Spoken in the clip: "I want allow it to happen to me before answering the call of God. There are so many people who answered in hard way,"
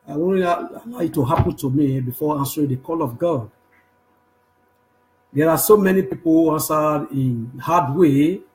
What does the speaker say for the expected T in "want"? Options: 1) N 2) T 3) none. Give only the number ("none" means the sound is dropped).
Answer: 3